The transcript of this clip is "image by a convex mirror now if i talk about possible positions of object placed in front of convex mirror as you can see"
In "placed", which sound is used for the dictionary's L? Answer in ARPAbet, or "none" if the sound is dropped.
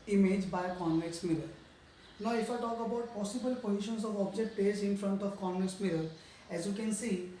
none